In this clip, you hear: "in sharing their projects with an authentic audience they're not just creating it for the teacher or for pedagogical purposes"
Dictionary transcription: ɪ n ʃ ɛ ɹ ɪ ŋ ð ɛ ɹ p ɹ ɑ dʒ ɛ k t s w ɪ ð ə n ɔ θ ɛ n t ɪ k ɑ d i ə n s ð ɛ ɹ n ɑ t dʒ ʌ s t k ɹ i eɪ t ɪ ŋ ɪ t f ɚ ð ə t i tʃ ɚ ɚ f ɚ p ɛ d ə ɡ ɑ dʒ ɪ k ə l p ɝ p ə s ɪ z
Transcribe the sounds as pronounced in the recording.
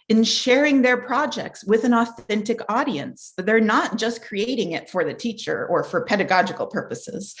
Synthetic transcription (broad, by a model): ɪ n ʃ ɛ ɹ ɪ ŋ ð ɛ ɹ p ɹ ɑ dʒ ɛ k t s w ɪ ð ə n ɔ θ ɛ n t ɪ k ɑ d i ə n s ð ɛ ɹ n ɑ t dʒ ʌ s k ɹ i eɪ t ɪ ŋ ɪ t f ɚ ð ə t i tʃ ɚ ɚ f ɚ p ɛ d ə ɡ ɑ dʒ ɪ k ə l p ɝ p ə s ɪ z